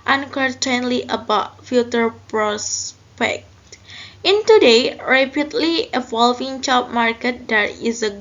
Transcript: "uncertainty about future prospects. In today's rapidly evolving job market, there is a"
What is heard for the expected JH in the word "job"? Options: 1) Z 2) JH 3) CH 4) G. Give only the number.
3